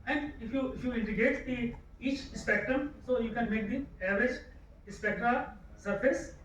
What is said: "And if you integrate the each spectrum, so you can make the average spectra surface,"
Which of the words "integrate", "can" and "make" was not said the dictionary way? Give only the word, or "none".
integrate